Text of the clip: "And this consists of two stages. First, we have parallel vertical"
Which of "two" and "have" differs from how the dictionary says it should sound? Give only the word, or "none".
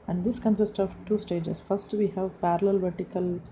none